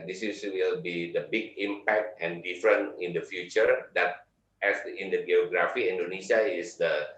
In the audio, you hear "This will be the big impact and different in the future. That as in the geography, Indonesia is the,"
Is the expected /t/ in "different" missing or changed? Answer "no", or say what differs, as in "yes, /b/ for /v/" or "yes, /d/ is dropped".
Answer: yes, /t/ is dropped